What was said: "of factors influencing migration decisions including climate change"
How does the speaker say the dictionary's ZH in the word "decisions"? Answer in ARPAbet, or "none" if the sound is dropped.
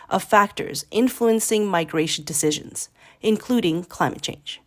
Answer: ZH